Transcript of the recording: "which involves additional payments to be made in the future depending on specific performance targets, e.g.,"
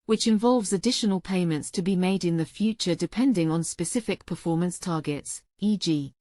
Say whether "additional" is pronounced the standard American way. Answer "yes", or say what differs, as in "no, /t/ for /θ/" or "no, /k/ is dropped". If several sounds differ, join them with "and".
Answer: yes